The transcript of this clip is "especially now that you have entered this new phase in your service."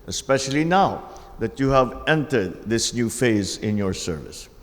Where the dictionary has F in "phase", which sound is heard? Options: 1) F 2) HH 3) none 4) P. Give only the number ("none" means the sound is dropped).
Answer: 1